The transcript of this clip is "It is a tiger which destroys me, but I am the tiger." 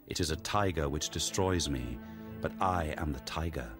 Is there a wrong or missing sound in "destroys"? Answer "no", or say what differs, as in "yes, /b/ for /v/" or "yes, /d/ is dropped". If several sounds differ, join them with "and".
no